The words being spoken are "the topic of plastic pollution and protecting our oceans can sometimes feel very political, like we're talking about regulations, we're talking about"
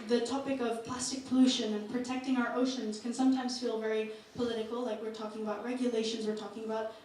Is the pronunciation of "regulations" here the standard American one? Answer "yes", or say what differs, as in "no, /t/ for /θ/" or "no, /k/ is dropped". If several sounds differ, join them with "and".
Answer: yes